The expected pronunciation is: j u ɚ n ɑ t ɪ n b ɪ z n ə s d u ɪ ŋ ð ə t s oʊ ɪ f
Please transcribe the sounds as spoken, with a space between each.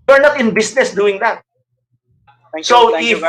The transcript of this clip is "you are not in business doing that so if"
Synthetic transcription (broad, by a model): ɚ n ɑ t ɪ n b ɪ s n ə s d u ɪ ŋ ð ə t s oʊ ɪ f